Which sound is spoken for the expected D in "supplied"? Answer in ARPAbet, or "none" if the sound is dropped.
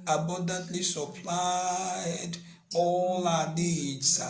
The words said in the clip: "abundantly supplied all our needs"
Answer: D